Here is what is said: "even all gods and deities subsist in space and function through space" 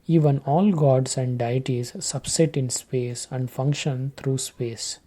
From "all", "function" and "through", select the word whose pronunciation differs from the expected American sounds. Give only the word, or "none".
through